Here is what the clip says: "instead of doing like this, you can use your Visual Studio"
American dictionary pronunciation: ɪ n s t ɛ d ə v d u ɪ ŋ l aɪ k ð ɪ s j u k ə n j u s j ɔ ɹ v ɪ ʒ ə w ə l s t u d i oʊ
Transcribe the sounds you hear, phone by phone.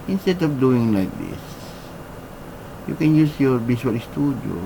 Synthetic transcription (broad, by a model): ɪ n s t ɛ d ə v d u ɪ ŋ l aɪ k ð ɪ s j u k ə n j u s j ɔ ɹ b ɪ ʃ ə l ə s t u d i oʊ